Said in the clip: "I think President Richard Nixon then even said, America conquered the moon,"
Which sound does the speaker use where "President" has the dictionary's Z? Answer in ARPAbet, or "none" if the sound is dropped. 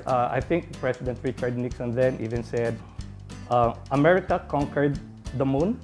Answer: S